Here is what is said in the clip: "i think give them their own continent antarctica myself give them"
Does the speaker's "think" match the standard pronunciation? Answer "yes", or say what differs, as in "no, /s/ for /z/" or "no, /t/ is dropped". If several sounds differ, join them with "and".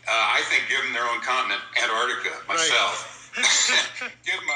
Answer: yes